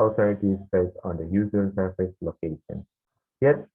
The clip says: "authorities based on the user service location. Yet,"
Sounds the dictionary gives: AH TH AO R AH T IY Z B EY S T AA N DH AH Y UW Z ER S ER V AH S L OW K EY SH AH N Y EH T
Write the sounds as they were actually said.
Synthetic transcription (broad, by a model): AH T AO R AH T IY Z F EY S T AA N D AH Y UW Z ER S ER F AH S L OW K EY SH AH N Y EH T